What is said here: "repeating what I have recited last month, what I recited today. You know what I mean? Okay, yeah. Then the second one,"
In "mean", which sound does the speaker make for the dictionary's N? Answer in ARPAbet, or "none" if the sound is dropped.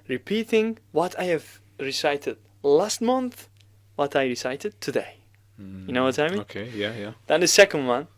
none